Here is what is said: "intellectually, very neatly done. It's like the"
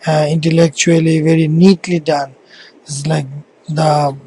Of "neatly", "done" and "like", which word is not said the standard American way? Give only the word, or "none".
none